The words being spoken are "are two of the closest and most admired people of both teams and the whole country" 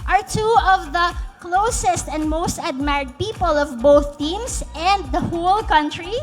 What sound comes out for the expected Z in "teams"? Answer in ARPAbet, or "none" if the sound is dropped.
S